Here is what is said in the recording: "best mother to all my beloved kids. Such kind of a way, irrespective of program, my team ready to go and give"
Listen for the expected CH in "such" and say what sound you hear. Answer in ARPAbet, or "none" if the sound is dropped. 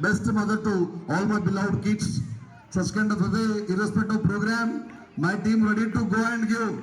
S